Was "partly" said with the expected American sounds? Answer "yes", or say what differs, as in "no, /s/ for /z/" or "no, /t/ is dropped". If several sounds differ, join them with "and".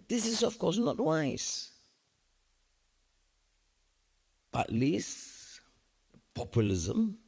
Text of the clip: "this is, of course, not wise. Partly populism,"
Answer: no, /b/ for /p/